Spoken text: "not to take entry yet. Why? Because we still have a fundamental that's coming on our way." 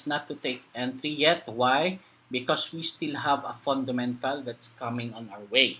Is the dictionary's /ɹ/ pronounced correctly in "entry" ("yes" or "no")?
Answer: yes